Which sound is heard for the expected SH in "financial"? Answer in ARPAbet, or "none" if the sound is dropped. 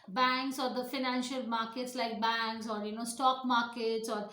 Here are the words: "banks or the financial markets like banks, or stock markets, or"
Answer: SH